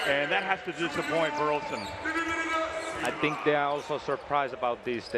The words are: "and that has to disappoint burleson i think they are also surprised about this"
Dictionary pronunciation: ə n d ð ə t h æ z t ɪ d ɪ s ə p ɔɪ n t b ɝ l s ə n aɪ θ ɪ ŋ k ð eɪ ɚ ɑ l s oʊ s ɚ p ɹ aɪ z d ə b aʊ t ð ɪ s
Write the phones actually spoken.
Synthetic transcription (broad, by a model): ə n ð ə t h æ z t ɪ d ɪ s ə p ɔɪ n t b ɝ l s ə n aɪ θ ɪ ŋ k ð eɪ ɚ ɑ l s oʊ s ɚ p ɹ aɪ z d ə b aʊ t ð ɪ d